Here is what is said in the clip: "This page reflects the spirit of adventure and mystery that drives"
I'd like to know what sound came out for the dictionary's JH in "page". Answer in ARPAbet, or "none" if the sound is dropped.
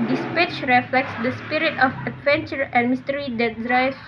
CH